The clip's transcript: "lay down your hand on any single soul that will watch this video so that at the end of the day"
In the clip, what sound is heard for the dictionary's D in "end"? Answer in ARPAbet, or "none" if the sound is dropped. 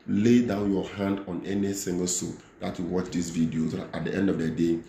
D